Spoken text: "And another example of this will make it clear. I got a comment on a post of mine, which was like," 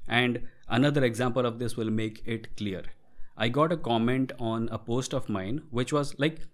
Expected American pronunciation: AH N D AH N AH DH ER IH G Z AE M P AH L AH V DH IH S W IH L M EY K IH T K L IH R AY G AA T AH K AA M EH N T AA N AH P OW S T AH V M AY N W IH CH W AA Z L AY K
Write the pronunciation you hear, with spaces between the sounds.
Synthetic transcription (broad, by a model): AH N D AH N AH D ER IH G Z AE M P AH L AH V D IH S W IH L M EY K IH T K L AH R AY G AA T AH K AA M EH N T AA N AH P OW S T AH V M AY N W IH CH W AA Z L AY K